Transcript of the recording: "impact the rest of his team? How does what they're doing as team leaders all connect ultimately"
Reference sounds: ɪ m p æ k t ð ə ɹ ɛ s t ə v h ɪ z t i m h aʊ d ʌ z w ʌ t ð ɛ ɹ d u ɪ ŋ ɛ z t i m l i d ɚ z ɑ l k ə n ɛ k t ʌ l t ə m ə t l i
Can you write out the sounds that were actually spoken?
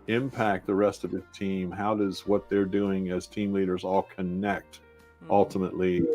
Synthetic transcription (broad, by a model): ɪ m p æ k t ð ə ɹ ɛ s t ə v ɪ t i m h aʊ d ʌ z w ʌ t ð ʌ ɹ d u ɪ ŋ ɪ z t i m l i d ɚ z ɑ l k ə n ɛ k t ʌ l t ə m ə t l i